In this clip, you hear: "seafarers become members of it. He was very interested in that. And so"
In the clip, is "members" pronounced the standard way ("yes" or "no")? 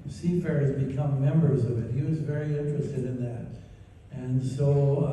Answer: yes